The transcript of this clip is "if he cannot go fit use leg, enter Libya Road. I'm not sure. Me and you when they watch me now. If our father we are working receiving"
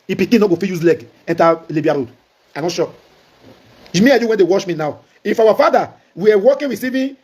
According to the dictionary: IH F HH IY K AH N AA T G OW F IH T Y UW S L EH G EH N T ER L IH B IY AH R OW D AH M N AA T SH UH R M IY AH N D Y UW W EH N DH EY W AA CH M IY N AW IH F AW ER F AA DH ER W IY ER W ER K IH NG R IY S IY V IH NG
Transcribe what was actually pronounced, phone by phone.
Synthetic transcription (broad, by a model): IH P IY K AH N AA G OW F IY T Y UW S L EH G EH N T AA L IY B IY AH R OW D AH N AA T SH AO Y M IY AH Y UW W EH N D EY W AA SH M IY N AW IH F AW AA F AA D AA W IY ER W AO K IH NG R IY S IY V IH